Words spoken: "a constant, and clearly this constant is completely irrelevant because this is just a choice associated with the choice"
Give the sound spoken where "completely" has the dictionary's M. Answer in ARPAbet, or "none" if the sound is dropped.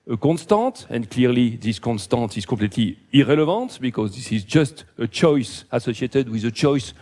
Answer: none